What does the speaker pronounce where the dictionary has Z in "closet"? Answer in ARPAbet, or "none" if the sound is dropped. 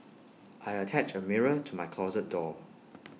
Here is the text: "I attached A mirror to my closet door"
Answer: Z